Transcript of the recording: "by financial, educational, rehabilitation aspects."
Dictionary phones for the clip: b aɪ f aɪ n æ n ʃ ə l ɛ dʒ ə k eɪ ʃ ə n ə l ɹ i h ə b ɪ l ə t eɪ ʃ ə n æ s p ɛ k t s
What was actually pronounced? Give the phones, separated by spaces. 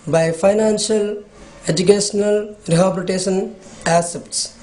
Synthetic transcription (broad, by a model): b aɪ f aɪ n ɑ n s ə l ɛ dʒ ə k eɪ s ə n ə l ɹ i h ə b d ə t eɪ s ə n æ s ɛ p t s